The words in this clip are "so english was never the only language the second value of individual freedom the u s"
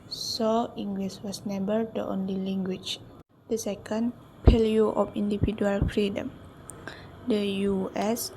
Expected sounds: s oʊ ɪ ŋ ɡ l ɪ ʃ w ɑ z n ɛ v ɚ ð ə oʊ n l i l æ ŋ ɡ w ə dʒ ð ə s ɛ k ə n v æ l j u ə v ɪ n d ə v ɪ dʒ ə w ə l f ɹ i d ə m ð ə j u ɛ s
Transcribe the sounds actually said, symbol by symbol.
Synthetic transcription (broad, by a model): s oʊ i ŋ ɡ l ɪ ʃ w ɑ s n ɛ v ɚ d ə oʊ n l i l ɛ ŋ ɡ w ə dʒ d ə s ɛ k ə n p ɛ l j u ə f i n d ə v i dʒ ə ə l f ɹ i d ə m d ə j u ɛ s